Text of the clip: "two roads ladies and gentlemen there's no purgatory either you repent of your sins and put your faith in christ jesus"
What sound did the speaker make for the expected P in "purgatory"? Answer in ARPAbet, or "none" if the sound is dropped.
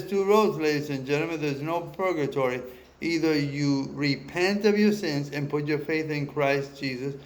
P